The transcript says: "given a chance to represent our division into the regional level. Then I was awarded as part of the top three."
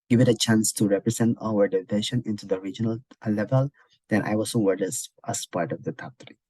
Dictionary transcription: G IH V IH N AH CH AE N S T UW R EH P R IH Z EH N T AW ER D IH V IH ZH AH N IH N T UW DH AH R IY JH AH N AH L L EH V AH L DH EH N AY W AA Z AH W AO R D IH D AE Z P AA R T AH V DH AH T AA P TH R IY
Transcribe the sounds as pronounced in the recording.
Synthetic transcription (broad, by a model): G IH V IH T AH CH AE N S T UW R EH P R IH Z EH N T AW ER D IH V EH SH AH N IH N T UW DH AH R IY JH AH N AH L L EH V AH L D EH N AY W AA S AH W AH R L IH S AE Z P AA R T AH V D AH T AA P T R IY